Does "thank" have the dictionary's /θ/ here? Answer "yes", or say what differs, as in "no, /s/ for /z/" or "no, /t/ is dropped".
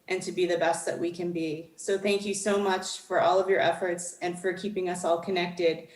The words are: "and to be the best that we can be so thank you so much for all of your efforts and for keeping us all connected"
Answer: yes